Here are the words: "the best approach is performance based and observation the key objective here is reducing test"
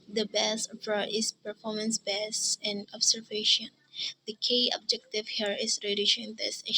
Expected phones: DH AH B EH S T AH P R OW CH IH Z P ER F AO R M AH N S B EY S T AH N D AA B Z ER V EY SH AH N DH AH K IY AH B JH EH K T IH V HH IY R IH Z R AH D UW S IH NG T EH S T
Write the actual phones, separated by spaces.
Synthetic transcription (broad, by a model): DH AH B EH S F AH R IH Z P ER F AO R M AH N S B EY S AH N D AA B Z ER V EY SH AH N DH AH K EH AH B JH EH K T IH V HH IY R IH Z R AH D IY SH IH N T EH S